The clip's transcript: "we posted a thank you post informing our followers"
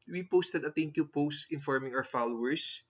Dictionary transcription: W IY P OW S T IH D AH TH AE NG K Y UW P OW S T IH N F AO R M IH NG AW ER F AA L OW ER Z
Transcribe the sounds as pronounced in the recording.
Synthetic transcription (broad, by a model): W IY P OW S T IH D AH T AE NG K Y UW P OW S T IH N F AO R M IH NG AW ER F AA L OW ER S